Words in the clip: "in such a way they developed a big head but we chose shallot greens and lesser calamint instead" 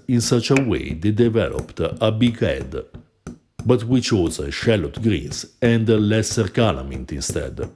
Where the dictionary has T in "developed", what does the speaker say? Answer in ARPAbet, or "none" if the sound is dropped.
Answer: T